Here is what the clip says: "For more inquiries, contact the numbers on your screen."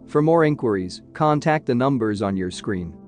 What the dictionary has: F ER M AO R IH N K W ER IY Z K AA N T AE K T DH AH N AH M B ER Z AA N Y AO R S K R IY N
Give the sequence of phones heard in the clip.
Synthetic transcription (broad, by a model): F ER M AO R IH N K W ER IY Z K AA N T AE K T DH AH N AH M B ER Z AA N Y AO R S K R IY N